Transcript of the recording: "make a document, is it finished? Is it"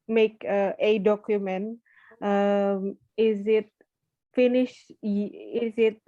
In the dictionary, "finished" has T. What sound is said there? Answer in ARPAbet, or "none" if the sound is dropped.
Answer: none